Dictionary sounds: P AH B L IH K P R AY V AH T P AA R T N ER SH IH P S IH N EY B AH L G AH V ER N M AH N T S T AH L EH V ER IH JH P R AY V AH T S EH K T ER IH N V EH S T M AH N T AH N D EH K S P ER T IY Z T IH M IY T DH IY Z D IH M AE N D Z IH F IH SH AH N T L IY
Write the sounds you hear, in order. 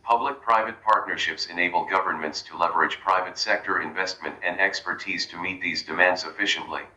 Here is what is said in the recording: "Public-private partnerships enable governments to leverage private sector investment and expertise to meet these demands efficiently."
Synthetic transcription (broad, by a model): P AH B L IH K P R AY V AH T P AA R T N ER SH IH P S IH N EY B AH L G AH V ER N M AH N T S T AH L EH V ER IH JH P R AY V AH T S EH K T ER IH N V EH S T M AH N T AH N D EH K S P ER T IY Z T IH M IY T DH IY Z D IH M AE N D Z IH F IH SH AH N T L IY